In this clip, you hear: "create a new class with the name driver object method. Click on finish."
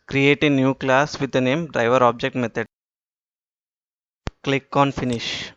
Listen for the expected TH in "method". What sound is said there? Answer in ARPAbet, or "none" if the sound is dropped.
T